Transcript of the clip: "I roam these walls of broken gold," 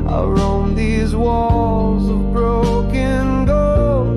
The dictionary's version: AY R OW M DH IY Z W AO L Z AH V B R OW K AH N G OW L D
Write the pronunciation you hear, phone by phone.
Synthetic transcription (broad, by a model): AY R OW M DH IY Z W AO L Z AH V B R OW K AH N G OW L